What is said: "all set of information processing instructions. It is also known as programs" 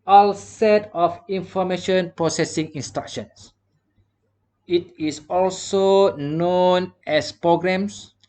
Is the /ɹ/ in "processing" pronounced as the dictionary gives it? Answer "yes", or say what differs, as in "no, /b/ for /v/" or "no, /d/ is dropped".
yes